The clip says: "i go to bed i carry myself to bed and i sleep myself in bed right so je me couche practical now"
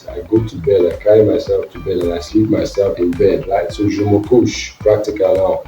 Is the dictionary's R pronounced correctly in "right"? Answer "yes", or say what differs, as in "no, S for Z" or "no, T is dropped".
no, L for R